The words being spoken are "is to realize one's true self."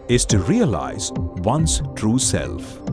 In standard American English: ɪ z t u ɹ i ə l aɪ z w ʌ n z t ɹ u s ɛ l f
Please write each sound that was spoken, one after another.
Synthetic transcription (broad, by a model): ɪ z t u ɹ i ə l aɪ z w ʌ n s t ɹ u s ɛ l f